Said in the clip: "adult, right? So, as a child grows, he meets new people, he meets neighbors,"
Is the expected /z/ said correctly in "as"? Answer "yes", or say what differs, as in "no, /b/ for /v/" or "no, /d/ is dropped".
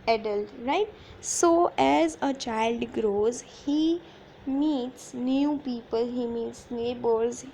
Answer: yes